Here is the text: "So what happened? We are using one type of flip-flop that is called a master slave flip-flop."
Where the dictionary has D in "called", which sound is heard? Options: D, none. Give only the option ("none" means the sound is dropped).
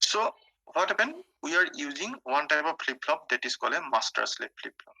none